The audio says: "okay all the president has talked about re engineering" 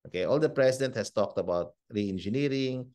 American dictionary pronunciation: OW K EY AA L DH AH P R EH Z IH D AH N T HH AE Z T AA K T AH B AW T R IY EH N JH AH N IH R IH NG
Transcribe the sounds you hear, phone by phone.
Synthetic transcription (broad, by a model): OW K EY AA L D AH P R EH S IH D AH N T HH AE S T AA K T AH B AW T R IY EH N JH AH N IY R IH NG